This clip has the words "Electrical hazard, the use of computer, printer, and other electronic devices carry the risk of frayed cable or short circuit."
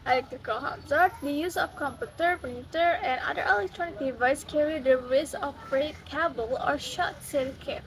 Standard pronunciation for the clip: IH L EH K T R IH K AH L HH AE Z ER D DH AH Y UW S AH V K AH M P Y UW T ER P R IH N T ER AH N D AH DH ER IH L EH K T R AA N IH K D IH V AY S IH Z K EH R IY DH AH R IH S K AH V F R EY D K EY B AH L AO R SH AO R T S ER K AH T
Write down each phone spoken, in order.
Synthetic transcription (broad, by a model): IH L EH K T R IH K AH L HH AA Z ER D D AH Y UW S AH F K AH M P Y UW T ER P IH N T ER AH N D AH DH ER IH L EH K T R AA N IH K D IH V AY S K EH R IY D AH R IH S AH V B R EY K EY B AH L AO R SH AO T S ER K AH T